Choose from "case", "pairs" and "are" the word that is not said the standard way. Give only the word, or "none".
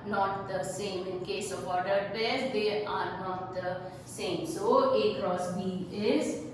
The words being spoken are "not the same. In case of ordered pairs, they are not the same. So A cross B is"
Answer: pairs